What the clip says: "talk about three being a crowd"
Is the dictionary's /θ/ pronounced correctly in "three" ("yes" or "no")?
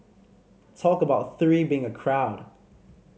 yes